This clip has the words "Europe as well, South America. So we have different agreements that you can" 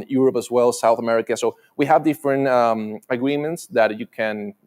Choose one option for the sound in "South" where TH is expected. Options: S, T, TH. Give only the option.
TH